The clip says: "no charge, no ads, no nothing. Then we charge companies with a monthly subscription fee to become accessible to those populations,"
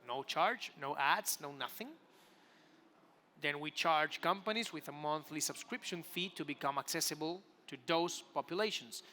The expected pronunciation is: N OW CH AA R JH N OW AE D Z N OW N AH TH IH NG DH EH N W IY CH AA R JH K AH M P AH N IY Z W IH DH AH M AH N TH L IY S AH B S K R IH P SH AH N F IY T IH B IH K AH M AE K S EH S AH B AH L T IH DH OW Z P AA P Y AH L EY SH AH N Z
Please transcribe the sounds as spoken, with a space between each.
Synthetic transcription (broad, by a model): N OW CH AA R JH N OW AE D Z N OW N AH TH IH NG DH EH N W IY CH AA R JH K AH M P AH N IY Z W IH DH AH M AH N TH L IY S AH B S K R IH P SH AH N F IY T IH B IH K AH M AE K S EH S AH B AH L T IH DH OW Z P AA P Y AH L EY SH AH N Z